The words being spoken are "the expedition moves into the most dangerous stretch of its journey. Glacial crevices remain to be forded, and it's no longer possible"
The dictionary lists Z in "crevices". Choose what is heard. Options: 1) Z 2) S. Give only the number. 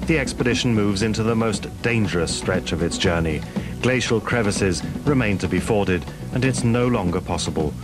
1